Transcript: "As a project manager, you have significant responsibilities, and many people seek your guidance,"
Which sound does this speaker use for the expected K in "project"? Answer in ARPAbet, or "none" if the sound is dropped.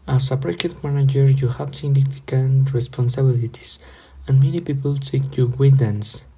none